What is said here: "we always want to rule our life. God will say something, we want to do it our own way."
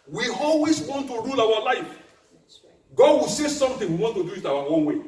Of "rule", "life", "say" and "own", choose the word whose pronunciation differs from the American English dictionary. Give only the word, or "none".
none